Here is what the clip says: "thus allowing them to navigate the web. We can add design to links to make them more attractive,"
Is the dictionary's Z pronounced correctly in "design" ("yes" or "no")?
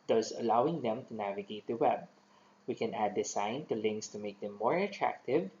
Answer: no